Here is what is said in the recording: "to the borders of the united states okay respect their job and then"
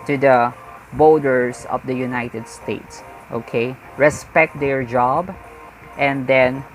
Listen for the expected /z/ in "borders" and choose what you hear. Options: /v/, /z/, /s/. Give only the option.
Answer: /s/